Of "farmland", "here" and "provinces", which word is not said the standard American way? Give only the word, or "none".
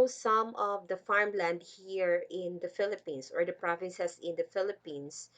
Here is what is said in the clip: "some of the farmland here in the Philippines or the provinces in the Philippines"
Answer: provinces